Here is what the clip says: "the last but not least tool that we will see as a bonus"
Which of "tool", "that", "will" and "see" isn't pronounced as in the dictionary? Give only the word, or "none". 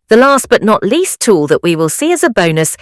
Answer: none